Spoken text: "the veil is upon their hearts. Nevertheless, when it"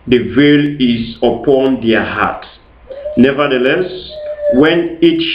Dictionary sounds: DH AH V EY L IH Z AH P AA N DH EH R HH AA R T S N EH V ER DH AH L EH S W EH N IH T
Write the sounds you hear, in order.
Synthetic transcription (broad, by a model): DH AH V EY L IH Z AH P AA N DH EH HH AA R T N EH V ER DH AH L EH S W EH N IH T